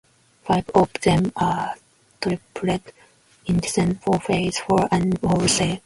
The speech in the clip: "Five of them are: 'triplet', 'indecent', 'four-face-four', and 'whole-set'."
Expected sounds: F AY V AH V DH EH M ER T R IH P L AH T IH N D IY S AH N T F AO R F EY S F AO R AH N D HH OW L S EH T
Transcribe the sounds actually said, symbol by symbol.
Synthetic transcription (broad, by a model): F AY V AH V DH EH M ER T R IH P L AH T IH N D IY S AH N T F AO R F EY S F AO R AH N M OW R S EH